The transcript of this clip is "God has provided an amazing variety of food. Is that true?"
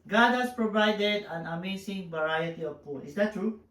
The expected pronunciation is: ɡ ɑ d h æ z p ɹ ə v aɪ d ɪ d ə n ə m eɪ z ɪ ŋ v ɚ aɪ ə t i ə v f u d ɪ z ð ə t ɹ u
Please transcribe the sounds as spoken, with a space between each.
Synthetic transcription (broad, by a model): ɡ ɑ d h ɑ s p ɹ ə v aɪ d ɪ d ə n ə m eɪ s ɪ ŋ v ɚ aɪ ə t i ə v p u ɪ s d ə t ɹ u